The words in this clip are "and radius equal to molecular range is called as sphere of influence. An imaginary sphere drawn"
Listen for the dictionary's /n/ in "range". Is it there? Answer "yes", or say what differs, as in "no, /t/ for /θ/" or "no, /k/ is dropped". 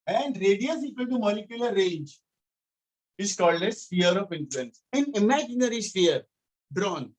yes